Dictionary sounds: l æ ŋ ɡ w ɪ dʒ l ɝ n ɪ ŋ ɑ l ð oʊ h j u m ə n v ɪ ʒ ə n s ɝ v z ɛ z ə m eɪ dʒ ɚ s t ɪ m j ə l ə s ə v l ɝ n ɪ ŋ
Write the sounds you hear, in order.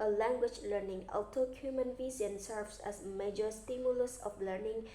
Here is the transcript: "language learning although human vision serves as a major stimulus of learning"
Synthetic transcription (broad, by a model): l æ ŋ ɡ w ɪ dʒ l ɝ n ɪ ŋ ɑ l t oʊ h j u m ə n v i z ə n s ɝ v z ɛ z m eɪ dʒ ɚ s t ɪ m j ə l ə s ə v l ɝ n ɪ ŋ